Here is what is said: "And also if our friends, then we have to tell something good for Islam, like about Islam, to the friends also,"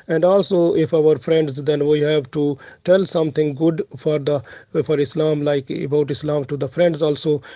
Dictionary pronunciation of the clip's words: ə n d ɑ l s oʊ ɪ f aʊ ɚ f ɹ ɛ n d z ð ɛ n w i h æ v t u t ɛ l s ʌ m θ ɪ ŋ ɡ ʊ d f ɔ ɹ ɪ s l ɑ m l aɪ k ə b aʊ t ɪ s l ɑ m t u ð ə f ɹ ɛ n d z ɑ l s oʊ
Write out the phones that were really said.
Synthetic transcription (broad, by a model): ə n d ɑ l s oʊ ɪ f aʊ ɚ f ɹ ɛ n d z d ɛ n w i h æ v t u t ɛ l s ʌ m t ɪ ŋ ɡ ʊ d f ɔ ɹ ɪ s l ɑ m l aɪ k ə b aʊ t ɪ s l ɑ m t u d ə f ɹ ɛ n d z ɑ l s oʊ